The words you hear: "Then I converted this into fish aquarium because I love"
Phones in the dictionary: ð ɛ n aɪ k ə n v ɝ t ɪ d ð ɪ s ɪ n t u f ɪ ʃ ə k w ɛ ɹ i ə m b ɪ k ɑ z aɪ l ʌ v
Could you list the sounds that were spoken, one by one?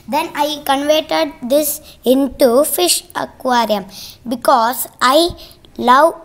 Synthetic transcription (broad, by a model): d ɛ n aɪ k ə n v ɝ t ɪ d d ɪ s ɪ n t u f ɪ ʃ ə k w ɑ ɹ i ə m b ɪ k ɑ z aɪ l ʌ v